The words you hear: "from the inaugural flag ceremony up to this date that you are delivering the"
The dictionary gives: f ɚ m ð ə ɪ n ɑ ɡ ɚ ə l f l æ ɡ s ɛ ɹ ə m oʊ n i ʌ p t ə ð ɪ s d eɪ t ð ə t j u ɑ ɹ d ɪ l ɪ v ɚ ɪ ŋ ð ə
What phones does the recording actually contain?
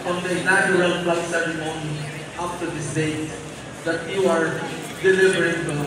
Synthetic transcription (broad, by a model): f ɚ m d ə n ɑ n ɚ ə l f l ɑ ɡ s ɛ ɹ ə m oʊ n i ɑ f t ə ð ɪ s d eɪ t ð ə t j u ɑ ɹ d ɪ l ɪ v ɚ ɪ ŋ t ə